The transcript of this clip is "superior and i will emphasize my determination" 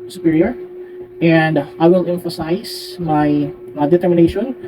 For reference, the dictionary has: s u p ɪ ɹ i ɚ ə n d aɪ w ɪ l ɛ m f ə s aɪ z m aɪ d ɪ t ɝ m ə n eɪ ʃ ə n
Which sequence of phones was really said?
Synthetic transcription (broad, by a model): s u p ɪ ɹ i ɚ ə n d aɪ w ɪ l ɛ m f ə s aɪ s m aɪ d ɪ t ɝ m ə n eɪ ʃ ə n